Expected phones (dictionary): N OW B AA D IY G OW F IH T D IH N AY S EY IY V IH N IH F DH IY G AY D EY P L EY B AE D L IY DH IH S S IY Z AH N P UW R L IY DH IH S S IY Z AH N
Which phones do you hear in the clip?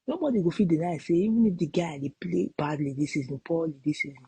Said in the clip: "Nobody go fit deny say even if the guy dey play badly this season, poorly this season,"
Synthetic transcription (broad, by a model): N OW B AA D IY G OW F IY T D IH N AY S EY IY V IH N IH F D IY G AY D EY P L EY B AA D L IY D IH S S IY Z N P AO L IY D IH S S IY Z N